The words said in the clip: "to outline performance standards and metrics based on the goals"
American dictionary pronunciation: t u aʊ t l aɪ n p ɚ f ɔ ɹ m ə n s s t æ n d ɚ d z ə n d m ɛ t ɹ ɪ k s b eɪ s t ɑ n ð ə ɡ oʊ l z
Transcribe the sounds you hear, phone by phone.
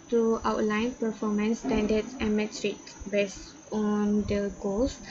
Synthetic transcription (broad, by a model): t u aʊ t l aɪ n p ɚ f ɔ m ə n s s t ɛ n d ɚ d s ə n m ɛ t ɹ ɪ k b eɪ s ɑ n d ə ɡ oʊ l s